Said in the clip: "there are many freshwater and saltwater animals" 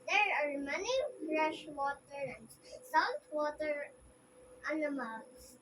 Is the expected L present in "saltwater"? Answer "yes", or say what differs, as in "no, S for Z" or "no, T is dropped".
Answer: no, L is dropped